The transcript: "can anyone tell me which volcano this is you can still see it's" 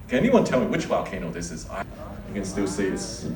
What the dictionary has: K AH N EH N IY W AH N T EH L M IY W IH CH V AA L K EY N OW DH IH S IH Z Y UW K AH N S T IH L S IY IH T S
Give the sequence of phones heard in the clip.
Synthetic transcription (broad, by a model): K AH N EH N IY W AH N T EH L M IY W IH CH W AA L K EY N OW DH IH S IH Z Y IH K AH N S T IH L S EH IH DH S